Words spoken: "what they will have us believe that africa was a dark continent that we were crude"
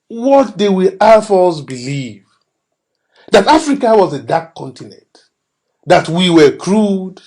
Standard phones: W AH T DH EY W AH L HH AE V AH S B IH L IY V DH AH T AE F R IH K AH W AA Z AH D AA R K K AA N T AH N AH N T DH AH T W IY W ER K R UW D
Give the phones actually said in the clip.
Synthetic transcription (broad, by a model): W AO T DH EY W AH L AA F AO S B IH L IY V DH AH T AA F R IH K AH W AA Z AH D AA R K K AA N T AH N AH N T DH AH T W IY W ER K R UW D